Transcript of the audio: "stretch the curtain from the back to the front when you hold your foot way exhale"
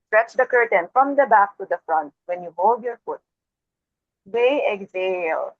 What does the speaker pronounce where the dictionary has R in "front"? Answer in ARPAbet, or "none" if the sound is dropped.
R